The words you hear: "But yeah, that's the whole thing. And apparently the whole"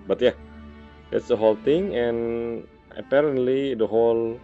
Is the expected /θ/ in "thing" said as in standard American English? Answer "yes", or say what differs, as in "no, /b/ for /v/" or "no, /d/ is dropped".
no, /t/ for /θ/